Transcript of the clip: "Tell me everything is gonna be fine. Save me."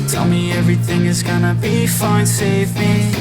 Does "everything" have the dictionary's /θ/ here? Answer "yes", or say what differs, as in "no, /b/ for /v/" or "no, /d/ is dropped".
yes